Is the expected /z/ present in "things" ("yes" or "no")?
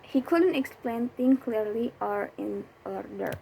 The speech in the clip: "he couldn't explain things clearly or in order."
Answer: no